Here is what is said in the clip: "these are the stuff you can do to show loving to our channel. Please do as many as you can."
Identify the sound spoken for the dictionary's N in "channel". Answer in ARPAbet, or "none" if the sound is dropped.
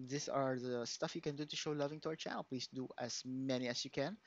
none